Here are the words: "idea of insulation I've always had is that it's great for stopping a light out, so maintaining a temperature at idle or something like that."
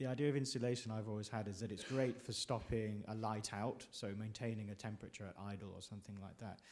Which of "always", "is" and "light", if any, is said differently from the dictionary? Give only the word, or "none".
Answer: none